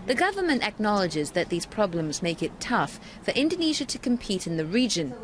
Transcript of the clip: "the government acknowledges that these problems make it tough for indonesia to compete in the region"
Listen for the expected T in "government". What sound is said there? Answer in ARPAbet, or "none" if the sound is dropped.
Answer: T